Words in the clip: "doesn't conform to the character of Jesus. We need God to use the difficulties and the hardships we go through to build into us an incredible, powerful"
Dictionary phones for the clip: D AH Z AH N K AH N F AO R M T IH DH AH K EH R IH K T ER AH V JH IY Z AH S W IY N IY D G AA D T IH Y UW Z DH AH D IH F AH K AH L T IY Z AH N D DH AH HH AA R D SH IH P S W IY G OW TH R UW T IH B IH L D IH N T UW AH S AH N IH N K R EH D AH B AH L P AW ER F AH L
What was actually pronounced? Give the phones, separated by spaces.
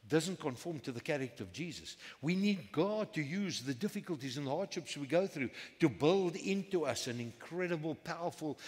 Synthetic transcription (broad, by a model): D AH Z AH N K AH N F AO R M T IH DH AH K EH R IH K T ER AH V JH IY Z AH S W IY N IY D G AA D T IH Y UW Z DH AH D IH F AH K AH L T IY Z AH N DH AH HH AA R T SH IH P S W IY G OW TH R UW T IH B IH L D IH N T UW AH S AH N IH N K R EH D AH B AH L P AW ER F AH L